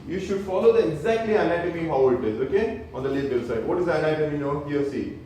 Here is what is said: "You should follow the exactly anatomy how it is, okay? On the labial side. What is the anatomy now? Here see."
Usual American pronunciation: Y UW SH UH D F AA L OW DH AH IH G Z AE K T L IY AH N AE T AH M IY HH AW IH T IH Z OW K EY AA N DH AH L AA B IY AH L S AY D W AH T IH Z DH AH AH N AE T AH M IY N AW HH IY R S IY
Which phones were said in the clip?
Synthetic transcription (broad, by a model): Y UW SH UH D F AA L OW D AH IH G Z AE K T L IY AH L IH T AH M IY HH AW IH T IH Z OW K EY AA N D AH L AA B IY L S AY D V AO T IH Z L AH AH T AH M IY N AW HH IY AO S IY